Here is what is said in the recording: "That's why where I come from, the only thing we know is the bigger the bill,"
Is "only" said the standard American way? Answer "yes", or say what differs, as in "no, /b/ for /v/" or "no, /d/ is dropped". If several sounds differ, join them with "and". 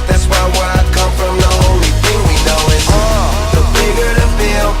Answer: no, /n/ is dropped